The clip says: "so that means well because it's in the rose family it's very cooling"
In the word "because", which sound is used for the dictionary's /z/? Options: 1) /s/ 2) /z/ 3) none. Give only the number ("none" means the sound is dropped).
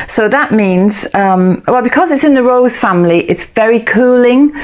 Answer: 2